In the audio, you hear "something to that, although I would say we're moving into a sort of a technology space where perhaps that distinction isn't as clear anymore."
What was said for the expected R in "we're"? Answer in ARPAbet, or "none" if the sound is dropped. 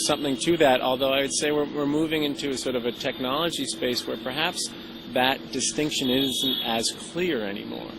R